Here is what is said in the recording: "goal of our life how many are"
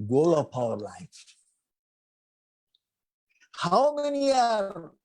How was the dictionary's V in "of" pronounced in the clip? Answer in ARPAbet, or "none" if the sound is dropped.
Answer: P